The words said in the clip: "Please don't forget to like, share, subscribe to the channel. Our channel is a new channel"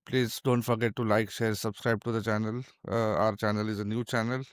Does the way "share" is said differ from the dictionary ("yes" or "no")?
no